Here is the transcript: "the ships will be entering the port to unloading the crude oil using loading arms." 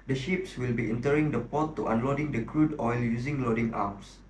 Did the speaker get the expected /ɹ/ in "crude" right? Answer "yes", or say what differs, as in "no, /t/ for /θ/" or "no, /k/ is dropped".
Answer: yes